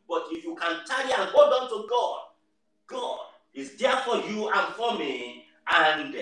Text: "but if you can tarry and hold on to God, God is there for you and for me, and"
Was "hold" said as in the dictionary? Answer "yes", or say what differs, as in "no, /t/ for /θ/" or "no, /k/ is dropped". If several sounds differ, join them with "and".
no, /l/ is dropped